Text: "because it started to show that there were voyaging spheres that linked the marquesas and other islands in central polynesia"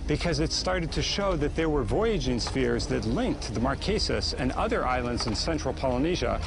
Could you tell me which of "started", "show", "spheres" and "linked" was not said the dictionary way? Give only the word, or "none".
none